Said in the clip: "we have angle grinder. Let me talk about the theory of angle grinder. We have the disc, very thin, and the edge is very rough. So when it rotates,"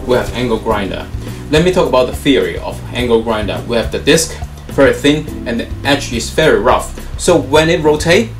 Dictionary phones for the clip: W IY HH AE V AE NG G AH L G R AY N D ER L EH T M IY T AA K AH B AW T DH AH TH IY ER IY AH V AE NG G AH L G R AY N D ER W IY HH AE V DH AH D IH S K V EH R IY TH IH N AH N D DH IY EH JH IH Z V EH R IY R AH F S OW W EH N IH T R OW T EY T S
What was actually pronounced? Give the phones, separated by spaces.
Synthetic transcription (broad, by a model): W IY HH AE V AE NG G AH L G R AY N D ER L EH T M IY T AA K AH B AW T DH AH TH IY ER IY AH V AE NG G AH L G R AY N D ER W IY HH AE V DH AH D IH S K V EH R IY TH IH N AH N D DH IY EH CH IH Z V EH R IY R AH F S OW W EH N IH T R OW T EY